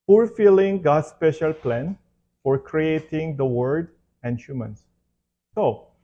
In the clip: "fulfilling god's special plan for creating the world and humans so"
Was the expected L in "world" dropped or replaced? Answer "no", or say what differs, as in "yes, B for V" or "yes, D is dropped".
yes, L is dropped